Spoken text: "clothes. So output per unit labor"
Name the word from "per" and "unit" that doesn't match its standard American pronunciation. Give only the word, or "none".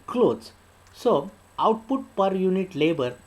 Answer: none